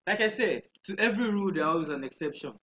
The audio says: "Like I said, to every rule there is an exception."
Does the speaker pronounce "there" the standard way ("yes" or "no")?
no